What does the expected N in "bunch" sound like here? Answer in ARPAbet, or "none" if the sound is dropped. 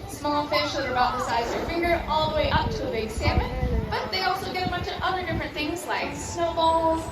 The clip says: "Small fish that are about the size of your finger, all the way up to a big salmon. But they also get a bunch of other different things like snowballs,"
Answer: none